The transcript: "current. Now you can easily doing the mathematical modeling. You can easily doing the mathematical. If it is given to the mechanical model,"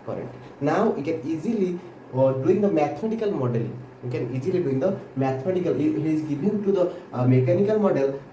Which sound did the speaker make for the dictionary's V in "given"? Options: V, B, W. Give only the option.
B